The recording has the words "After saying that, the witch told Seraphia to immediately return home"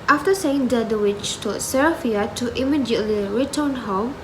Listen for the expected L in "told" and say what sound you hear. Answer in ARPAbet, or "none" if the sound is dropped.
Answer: none